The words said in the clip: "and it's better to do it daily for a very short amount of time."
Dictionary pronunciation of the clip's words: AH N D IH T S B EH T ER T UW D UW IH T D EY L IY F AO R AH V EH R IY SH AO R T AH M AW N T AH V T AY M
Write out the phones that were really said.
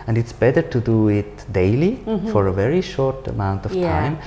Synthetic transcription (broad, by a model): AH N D IH T S B EH T ER T UW D UW IH T D EY L IY F AO R AH V EH R IY SH AO R T AH M AW N T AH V T AY M